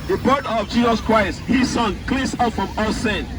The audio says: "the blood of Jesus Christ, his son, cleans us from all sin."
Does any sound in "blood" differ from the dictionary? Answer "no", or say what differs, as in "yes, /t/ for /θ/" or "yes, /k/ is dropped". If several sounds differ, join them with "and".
yes, /l/ is dropped